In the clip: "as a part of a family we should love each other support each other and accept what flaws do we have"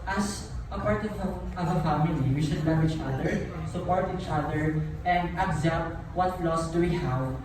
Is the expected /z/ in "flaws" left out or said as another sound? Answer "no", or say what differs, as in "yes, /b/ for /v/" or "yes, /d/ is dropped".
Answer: yes, /s/ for /z/